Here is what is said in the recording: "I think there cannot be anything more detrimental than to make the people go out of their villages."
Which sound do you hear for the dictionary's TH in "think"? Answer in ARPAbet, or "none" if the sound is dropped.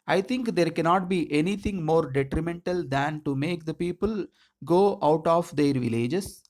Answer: T